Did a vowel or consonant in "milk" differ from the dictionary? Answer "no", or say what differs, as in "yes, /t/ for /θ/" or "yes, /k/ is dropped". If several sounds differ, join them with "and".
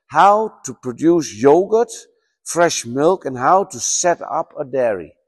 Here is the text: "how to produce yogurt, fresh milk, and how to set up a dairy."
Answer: no